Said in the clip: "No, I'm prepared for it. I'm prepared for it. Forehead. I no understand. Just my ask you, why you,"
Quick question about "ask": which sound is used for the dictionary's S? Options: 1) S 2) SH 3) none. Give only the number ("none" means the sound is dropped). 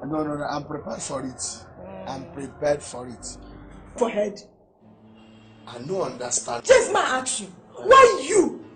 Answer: 3